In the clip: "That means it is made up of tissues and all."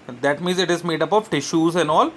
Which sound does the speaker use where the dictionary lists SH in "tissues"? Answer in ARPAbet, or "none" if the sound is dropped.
SH